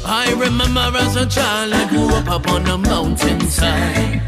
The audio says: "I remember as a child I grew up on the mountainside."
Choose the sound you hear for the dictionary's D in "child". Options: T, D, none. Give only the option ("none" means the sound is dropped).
none